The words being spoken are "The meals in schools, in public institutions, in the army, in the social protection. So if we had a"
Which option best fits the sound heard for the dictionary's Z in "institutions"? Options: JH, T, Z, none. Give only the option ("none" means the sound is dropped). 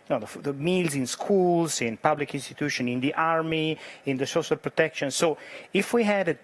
none